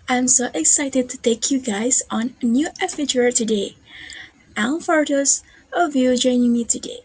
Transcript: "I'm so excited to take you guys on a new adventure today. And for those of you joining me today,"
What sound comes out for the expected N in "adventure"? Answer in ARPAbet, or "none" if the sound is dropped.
none